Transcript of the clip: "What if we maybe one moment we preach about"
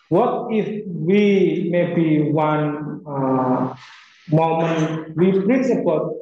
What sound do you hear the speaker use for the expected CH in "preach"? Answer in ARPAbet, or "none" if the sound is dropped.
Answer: S